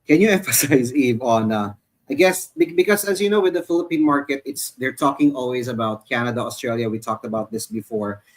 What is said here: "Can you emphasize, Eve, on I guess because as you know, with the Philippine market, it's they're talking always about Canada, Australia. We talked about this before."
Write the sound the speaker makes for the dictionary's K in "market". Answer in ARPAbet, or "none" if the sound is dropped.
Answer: K